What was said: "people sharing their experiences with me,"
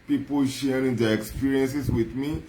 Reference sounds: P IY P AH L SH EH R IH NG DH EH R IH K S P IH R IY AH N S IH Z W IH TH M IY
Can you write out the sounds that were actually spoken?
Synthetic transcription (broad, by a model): P IY P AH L SH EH R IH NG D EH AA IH K S P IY R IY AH N S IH S W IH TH M IY